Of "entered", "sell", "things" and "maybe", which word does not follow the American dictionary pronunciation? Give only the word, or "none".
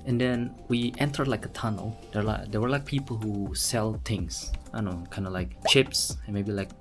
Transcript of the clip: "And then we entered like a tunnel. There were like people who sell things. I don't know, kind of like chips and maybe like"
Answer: things